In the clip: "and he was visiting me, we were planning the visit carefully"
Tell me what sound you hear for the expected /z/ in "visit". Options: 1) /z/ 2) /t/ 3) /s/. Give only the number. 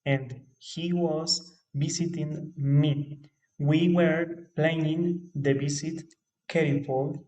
3